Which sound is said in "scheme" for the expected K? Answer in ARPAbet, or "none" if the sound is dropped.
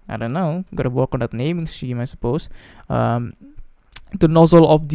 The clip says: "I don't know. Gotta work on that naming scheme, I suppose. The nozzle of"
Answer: none